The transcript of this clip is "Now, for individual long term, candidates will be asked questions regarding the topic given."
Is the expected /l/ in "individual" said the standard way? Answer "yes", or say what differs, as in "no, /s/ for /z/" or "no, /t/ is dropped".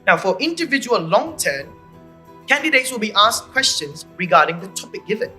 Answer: yes